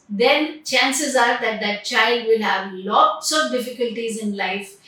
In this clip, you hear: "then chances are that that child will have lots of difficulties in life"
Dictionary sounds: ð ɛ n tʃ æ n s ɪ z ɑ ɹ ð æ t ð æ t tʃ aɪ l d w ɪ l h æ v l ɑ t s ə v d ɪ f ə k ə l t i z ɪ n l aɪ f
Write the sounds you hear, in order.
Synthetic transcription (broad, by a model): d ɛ n tʃ æ n s ɪ z ɑ ɹ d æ t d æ t tʃ aɪ l d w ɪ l h æ v l ɑ t s ə v d ɪ f ə k ə l t i z ɪ n l aɪ f